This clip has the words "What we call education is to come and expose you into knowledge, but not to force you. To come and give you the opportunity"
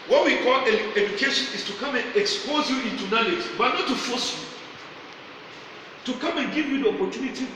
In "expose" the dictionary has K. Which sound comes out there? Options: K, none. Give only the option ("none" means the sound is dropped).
K